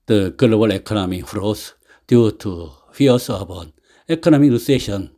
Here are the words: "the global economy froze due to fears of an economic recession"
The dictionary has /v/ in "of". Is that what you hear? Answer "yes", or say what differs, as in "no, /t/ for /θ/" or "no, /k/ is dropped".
no, /b/ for /v/